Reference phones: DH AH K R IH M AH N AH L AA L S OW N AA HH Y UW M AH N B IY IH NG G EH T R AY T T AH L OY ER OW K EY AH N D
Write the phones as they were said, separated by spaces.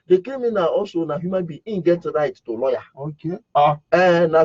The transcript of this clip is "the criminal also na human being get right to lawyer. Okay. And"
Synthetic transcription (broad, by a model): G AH K EH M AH N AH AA S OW N AA HH Y UW M AH N B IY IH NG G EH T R AY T T AH L OY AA OW K EY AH N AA